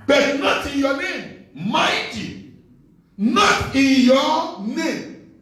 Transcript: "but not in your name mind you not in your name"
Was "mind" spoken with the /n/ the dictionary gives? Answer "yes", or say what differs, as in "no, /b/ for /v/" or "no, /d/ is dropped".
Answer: no, /n/ is dropped